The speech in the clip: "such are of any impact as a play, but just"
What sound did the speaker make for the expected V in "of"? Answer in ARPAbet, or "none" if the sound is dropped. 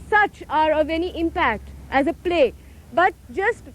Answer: V